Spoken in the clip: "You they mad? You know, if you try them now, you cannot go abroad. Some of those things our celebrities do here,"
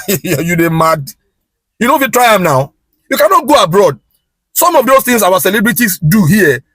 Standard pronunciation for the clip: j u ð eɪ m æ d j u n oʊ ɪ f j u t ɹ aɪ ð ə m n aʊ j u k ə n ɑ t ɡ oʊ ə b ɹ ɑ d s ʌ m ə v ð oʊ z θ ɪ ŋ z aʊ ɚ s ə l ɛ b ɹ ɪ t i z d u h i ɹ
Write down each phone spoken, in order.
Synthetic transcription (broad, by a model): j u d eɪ m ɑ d j u n oʊ ɪ f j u t ɹ aɪ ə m n aʊ j u k ə n ɑ t ɡ oʊ ə b ɹ ɑ d s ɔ m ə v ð oʊ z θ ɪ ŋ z aʊ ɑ s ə l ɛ b ɹ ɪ t i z d u h i